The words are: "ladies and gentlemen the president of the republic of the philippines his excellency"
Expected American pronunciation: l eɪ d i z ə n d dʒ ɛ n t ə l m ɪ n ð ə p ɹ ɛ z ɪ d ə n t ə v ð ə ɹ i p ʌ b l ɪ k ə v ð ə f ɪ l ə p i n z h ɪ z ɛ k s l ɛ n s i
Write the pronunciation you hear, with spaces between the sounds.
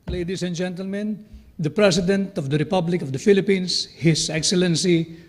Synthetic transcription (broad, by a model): l eɪ d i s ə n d dʒ ɛ n t ə l m ɪ n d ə p ɹ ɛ s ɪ d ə n t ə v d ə ɹ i p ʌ b l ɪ k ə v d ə f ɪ l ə p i n s h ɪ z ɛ k s l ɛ n s i